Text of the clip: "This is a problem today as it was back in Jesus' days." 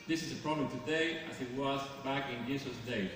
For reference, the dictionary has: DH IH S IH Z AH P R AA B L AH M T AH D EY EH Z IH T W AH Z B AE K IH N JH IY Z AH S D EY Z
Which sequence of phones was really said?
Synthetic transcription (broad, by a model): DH IH S IH Z AH P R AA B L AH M T AH D EY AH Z IH T W AH Z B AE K IH N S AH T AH D EY